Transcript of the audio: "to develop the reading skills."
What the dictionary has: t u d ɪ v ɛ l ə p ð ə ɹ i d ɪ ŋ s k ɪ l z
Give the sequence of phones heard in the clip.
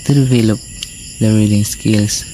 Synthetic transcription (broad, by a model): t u d ɪ v ɛ l ə p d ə ɹ i d ɪ ŋ s k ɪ l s